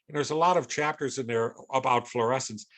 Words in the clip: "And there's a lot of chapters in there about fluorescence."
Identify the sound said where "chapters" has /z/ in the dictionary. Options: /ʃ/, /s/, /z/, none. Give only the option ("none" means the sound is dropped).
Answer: /z/